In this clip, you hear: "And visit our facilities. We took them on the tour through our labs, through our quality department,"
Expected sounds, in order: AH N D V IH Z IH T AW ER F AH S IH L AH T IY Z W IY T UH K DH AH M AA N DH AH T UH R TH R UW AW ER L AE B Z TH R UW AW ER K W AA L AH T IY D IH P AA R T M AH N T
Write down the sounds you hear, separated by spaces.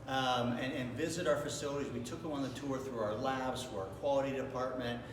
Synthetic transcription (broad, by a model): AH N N V IH Z IH T AW ER F AH S IH L AH T IY Z W IY T UH K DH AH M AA N DH AH T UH R TH R UW AW ER L AE B Z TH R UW AW ER K W AA L AH T IY D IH P AA R T M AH N T